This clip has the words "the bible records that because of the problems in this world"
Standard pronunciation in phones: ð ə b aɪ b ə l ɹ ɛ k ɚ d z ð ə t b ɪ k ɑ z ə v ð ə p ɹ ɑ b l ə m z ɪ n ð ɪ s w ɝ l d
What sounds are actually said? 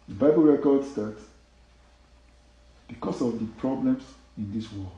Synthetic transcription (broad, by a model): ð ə b aɪ b ə l ɹ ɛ k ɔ d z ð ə t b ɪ k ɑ s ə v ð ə p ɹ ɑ b l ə m s ɪ n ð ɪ s w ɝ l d